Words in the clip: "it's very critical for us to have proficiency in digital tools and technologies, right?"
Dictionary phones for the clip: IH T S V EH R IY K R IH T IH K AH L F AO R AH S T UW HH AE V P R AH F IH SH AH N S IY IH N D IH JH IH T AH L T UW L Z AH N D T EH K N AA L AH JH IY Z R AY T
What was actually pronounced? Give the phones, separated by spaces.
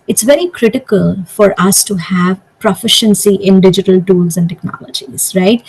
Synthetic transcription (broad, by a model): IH T S V EH R IY K R IH T IH K AH L F AO R AH S T UW HH AE V P R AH F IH SH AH N S IY IH N D IH JH IH T AH L T UW L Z AH N D T EH K N AA L AH JH IY Z R AY T